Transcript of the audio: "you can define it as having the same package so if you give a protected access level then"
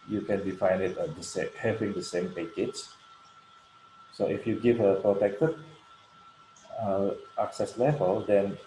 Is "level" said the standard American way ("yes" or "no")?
yes